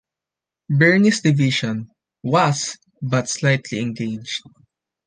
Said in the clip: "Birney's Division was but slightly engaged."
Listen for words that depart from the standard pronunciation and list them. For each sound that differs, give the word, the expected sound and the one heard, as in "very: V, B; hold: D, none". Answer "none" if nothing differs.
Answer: birney's: Z, S; division: ZH, SH; was: Z, S